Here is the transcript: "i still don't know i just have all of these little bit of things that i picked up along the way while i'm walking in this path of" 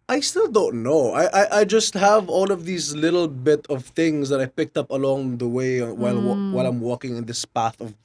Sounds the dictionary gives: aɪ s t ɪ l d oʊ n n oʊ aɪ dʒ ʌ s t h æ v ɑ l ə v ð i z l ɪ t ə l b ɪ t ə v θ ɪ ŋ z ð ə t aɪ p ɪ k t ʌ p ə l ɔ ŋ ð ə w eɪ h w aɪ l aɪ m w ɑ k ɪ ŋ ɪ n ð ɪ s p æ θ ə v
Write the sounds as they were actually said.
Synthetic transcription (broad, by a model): aɪ s t ɪ l d oʊ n n oʊ aɪ dʒ ʌ s t h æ v ɑ l ə v ð i z l ɪ t l b ɪ t ə v θ ɪ ŋ z ð ə t aɪ p ɪ k t ʌ p ə l ɔ ŋ ð ə w eɪ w w aɪ l aɪ m w ɑ k ɪ ŋ ɪ n ð ɪ s p æ θ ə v